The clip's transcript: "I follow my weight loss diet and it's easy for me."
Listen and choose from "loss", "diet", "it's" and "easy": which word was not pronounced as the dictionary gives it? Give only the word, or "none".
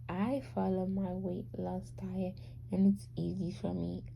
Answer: diet